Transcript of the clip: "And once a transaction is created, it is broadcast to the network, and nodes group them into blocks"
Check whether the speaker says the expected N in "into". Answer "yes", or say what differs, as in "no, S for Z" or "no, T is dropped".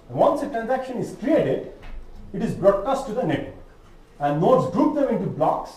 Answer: yes